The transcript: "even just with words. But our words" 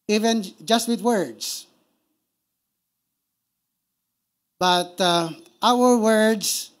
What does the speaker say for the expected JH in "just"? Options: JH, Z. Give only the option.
JH